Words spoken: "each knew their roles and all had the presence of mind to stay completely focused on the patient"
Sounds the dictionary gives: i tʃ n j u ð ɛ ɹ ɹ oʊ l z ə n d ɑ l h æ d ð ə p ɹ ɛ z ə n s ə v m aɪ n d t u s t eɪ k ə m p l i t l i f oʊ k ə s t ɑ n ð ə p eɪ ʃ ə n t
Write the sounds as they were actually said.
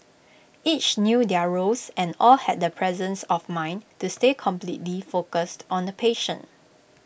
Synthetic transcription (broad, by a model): i tʃ n j u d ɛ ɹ ɹ oʊ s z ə n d ɑ l h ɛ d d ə p ɹ ɛ z ə n s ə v m aɪ n t u s t eɪ k ə m p l i t l i f oʊ k ə s t ɑ n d ə p eɪ ʃ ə n